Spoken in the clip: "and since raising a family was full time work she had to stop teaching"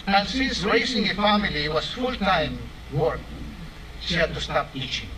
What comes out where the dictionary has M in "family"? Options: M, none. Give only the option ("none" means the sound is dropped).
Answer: M